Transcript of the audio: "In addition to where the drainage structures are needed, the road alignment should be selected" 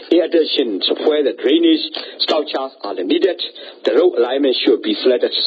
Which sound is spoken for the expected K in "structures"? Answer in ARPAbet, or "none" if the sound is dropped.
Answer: none